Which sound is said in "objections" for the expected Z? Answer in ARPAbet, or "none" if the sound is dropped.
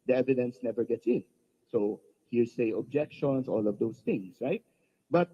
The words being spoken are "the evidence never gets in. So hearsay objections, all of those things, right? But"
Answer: S